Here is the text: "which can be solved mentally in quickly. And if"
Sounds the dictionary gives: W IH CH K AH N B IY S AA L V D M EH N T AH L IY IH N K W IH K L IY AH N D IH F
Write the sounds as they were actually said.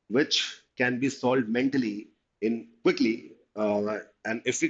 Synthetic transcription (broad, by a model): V IH CH K AH N B IY S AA L D M EH N T AH L IY IH N K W IH K L IY AH N D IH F